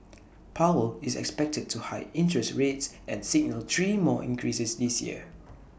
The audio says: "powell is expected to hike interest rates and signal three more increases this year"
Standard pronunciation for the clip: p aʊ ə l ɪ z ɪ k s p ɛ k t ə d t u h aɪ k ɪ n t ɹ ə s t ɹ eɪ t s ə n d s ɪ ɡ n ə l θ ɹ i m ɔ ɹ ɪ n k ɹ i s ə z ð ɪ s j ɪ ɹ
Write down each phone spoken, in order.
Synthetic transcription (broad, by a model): p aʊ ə l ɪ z ɪ k s p ɛ k t ə d t u h aɪ ɪ n t ɹ ə s t ɹ eɪ t s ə n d s ɪ ɡ n ə l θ ɹ i m ɔ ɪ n k ɹ i s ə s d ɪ s j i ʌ